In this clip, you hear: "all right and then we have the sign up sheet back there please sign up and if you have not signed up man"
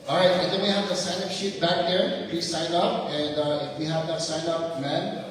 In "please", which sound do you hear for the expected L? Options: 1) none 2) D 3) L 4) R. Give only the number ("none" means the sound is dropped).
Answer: 1